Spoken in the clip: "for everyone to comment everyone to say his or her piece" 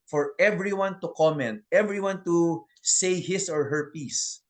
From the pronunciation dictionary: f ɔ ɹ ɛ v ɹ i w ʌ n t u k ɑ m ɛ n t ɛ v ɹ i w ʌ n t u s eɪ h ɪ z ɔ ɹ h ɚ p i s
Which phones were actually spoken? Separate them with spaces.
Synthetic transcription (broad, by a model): f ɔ ɹ ɛ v ɹ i w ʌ n t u k ɑ m ɛ n t ɛ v ɹ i w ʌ n t u s eɪ h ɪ s ɔ ɹ h ɚ p i s